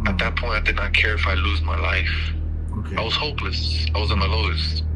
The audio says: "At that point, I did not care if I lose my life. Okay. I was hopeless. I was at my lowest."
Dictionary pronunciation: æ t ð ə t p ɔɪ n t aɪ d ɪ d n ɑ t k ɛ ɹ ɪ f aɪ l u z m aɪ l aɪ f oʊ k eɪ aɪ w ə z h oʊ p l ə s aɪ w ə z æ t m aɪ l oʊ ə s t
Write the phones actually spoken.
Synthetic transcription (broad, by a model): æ t ð ə t p ɔɪ n t aɪ d ɪ d n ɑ t k ɛ ɹ ɪ f aɪ l u z m aɪ l aɪ f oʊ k aɪ w ə z h oʊ p l ə s aɪ w ə z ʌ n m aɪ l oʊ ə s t